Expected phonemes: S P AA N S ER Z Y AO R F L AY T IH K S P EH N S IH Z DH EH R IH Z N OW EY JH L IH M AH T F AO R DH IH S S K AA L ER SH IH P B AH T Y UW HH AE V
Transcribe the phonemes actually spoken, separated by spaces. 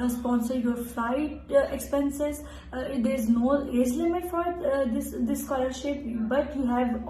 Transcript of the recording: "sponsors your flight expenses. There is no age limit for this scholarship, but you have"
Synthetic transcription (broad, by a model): S P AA N S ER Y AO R F L AY T IH K S P EH N S IH Z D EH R IH Z N OW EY Z L IH M AH T F AO R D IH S S K AA L ER SH IH P B AH T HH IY HH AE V